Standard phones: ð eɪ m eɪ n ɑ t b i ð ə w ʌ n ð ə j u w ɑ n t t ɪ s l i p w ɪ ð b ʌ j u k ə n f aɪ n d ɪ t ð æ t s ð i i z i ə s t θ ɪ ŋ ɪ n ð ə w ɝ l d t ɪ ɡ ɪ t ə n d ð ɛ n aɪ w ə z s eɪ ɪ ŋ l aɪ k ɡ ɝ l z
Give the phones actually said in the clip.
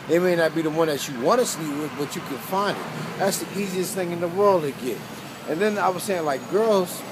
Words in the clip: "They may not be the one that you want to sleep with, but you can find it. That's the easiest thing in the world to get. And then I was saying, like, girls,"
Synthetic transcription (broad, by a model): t m eɪ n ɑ t b i ð ə w ʌ n ð ə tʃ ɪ w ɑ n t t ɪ s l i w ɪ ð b ʌ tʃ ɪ k ə n f aɪ n d ɪ t ð æ t s ð i i z i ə s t θ ɪ ŋ ɪ n ð ə w ɝ l d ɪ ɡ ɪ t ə n ð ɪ n aɪ w ə z s eɪ ɪ ŋ l aɪ k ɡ ɝ l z